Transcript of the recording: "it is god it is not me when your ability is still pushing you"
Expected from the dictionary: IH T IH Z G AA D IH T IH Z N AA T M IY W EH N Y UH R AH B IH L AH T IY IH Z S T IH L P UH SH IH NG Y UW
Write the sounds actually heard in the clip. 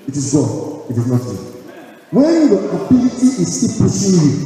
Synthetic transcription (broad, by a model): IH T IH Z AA IH T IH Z N AA T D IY W EH N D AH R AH B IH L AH T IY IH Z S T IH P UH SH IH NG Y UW